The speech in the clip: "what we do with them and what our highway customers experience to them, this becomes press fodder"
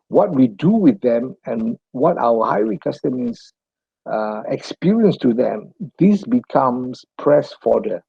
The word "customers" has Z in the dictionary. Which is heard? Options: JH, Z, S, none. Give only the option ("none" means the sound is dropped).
none